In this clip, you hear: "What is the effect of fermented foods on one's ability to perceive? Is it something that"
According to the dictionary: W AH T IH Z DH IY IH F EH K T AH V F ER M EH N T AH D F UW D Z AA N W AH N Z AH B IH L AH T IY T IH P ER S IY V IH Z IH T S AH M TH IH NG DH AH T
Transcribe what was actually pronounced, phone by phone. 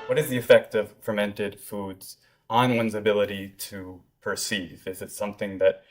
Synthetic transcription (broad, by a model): W AH T IH Z DH IY IH F EH K T AH V F ER M EH N T AH D F UW D Z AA N W AH N Z AH B IH L AH T IY T IH P ER S IY V IH Z IH T S AH M TH IH NG DH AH T